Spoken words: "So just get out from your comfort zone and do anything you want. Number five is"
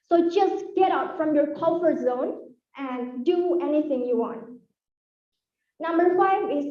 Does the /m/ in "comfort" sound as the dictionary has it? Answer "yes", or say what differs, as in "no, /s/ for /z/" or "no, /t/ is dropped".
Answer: no, /m/ is dropped